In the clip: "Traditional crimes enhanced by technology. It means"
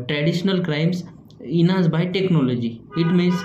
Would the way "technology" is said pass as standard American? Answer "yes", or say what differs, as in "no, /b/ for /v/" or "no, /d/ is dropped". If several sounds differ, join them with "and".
yes